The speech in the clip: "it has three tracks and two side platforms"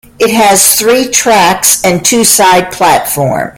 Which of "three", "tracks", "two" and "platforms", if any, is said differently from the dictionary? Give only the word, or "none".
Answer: platforms